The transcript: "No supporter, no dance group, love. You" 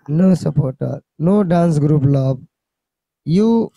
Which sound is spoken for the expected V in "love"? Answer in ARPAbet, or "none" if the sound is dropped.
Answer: B